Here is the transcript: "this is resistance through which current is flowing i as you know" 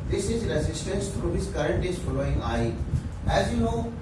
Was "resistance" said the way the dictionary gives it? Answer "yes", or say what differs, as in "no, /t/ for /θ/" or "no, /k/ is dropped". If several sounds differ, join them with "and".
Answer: yes